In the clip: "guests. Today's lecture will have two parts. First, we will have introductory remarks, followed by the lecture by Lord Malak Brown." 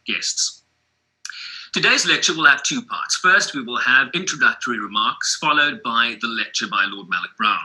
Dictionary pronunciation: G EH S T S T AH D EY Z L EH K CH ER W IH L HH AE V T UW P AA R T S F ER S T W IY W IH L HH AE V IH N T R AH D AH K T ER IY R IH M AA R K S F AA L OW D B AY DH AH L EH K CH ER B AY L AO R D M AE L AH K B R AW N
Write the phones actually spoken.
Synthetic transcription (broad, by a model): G EH S T S T AH D EY Z L EH K CH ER W IH L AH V T UW P AA R T S F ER S T W IY W IH L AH V IH N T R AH D AH K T ER IY R IH M AA R K S F AA L OW D B AY DH AH L EH K CH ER B AY L AO D M AE L AH K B R AW N